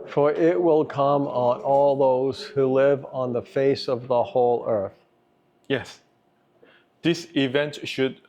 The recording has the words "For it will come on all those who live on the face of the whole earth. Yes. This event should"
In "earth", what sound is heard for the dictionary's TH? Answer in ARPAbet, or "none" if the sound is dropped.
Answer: TH